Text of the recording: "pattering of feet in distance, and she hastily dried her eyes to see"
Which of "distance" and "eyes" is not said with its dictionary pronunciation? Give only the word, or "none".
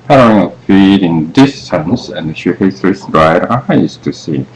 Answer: eyes